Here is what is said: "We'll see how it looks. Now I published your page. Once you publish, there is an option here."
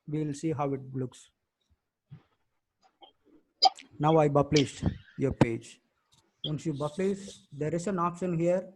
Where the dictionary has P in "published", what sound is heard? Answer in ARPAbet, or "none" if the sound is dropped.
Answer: B